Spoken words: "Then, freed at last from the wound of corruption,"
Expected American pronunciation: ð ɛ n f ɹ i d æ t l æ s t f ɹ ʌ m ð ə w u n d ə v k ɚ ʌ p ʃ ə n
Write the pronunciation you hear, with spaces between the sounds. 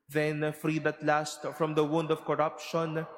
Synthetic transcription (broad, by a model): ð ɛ n f ɹ i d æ t l æ s t f ɹ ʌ m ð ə w u n d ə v k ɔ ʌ p ʃ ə n